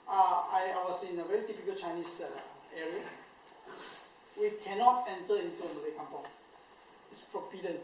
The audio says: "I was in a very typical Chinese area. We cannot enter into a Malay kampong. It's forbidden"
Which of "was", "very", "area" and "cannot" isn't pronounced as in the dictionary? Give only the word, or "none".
was